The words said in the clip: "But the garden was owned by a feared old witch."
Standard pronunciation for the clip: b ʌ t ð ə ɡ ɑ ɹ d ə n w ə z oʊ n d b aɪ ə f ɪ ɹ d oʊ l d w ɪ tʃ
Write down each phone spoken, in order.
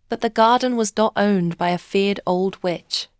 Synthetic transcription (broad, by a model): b ʌ t ð ə ɡ ɑ ɹ d n w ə z oʊ n b aɪ ə f ɪ ɹ d oʊ l d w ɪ tʃ